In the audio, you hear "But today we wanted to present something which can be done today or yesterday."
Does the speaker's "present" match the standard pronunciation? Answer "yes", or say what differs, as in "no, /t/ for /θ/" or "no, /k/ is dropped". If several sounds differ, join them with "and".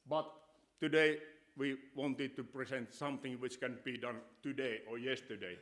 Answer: no, /s/ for /z/